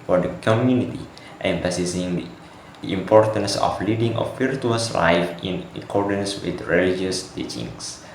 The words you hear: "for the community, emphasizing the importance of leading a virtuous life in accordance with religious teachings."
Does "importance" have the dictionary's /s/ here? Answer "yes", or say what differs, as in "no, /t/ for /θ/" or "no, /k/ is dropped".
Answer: yes